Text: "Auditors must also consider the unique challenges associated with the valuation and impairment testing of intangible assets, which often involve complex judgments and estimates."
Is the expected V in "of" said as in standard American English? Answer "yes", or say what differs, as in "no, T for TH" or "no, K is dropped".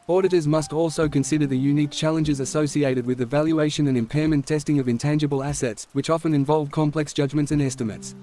yes